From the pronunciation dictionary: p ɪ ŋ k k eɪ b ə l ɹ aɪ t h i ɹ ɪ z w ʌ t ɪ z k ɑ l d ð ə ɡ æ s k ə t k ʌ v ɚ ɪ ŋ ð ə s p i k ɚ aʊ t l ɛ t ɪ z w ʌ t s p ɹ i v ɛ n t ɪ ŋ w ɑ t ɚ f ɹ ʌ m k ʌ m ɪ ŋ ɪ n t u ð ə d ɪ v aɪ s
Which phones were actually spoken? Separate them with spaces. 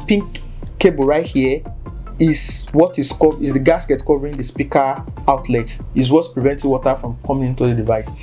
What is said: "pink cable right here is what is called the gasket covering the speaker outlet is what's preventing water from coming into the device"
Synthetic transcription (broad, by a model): p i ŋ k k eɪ b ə ɹ aɪ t h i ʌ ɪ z w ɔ t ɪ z k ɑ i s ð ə ɡ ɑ s k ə t k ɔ v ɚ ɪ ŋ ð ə s p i k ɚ aʊ t l ɛ t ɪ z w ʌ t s p ɹ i v ɛ n t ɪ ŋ w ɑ t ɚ f ɹ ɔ m k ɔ m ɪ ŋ ɪ n t u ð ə d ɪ v aɪ s